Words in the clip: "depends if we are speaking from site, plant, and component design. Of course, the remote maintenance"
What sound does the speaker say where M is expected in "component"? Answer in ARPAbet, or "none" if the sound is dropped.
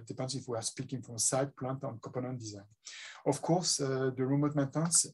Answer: none